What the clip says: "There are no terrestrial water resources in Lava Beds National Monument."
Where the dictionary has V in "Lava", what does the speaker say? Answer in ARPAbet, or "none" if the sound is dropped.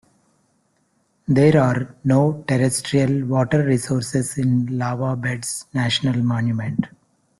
V